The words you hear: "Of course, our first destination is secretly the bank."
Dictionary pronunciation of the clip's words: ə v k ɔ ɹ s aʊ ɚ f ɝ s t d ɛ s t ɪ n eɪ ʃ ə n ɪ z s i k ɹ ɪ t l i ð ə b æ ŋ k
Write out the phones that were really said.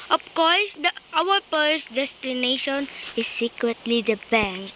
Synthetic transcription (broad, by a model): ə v k ɔ ɹ s aʊ ɚ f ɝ s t d ɛ s t ɪ n eɪ ʃ ə n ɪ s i k w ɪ t l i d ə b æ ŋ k